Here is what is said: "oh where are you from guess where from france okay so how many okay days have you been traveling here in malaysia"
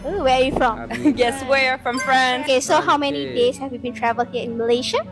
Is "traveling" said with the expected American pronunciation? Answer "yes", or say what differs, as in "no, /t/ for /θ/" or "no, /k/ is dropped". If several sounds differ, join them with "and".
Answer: no, /l/ is dropped